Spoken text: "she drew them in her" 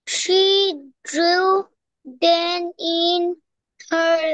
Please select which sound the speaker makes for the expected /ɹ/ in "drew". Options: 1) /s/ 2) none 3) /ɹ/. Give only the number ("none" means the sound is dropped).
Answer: 3